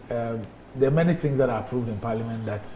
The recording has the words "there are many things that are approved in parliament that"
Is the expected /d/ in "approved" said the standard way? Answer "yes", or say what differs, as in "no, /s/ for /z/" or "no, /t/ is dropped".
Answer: yes